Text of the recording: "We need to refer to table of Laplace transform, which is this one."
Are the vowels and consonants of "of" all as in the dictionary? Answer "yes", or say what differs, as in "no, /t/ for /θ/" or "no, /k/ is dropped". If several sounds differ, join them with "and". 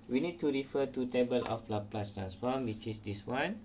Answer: no, /p/ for /v/